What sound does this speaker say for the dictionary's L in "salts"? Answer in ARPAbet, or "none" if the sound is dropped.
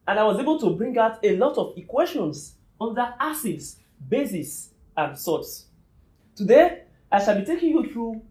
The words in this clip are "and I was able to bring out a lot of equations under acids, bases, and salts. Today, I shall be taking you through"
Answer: none